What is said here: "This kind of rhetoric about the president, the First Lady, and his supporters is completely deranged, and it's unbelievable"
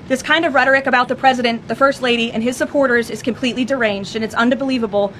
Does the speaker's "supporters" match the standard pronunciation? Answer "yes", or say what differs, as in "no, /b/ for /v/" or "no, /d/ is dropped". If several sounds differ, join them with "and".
yes